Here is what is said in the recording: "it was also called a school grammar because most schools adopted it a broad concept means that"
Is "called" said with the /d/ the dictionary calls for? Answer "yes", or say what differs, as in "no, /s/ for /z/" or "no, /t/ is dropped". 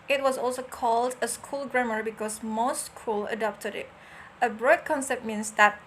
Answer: yes